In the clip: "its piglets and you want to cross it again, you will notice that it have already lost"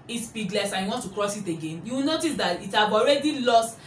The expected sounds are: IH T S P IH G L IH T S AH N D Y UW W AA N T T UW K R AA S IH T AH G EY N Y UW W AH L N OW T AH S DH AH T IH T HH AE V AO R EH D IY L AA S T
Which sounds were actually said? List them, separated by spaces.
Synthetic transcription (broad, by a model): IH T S B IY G L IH S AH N Y UW W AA N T T UW K R AA S IH T AH G EY N Y UW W N OW T AH S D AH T IH T HH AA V AO R EH D IY L AA S T